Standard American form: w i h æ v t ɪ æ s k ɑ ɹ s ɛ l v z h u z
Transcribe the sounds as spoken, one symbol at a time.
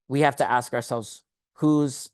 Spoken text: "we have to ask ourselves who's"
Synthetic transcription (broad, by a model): w i h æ f t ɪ æ s k ɑ ɹ s ɛ l v z h u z